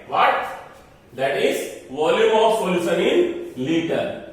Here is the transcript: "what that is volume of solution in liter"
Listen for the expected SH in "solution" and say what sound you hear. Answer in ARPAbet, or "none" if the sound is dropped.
S